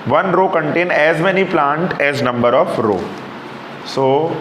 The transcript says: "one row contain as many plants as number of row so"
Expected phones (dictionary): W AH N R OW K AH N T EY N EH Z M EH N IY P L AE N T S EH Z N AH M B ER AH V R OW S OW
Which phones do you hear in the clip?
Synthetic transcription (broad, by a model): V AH N R OW K AH N T EY N EH Z M EH N IY P L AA N T EH Z N AH M B ER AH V R OW S OW